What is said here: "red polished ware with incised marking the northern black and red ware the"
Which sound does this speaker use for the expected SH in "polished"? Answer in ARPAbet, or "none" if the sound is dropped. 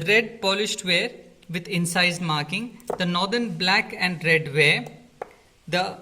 SH